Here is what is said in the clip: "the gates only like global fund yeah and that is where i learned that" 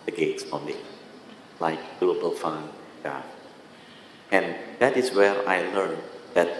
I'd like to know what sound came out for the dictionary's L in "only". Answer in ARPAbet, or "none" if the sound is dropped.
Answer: none